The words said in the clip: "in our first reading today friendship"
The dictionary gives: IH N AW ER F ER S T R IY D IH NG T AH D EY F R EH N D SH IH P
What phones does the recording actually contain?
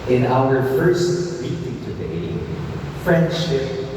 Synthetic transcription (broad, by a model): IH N AW ER F ER S T W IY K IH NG T AH D EY F R EH N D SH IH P